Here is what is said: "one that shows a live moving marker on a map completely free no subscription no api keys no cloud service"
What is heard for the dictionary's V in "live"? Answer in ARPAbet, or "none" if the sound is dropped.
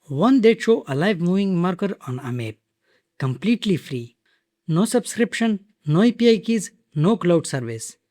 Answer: V